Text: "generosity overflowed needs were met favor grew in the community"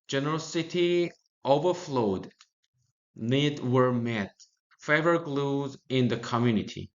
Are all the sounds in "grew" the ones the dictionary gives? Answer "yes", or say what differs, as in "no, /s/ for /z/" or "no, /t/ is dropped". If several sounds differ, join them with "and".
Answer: no, /l/ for /ɹ/